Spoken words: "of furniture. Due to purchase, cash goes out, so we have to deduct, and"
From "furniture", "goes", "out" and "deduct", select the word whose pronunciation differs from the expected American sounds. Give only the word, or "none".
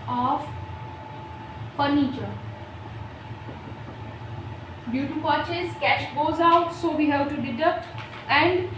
furniture